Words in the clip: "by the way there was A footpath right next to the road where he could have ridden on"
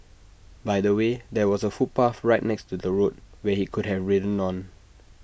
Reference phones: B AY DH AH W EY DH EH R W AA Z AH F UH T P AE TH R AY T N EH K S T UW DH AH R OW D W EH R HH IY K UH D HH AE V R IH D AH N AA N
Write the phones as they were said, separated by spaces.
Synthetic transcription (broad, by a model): B AY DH AH W EY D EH W AA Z AH F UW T P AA F R AY T N EH K S T UW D AH R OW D W EH HH IY K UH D HH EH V R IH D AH N AA N